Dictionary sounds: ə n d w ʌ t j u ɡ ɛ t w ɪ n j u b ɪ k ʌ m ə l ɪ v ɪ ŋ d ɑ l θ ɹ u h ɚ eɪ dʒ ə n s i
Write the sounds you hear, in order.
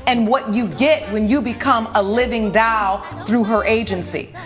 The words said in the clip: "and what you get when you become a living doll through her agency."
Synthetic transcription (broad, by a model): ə n w ʌ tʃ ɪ ɡ ɛ t w ɪ n j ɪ b ɪ k ʌ m ə l ɪ v ɪ ŋ d ɑ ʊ θ ɹ u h ɚ eɪ dʒ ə n s i